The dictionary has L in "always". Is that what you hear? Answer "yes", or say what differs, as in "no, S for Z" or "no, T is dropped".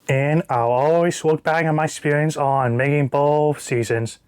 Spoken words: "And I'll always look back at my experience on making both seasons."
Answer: yes